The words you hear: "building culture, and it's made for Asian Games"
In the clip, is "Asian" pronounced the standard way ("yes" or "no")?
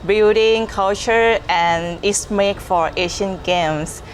no